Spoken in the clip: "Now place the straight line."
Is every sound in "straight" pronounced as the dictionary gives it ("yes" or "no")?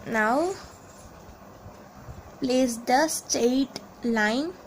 no